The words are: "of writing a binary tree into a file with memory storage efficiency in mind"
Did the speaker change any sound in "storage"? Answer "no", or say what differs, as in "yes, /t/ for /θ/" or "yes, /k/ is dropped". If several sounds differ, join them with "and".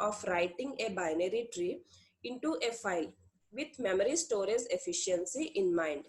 yes, /z/ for /dʒ/